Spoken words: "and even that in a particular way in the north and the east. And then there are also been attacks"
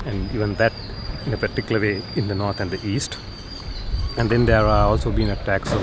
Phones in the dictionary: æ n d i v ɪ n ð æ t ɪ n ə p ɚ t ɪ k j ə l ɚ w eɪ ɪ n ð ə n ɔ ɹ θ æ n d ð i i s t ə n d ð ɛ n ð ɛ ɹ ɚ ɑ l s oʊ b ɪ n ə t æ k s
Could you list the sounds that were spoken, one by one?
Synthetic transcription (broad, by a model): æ n d i v ɪ n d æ t ɪ n ə p ɚ t ɪ k j ə l ɚ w eɪ ɪ n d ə n ɔ ɹ t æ n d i i s t ə n d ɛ n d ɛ ɹ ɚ ɑ l s oʊ b ɪ n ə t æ k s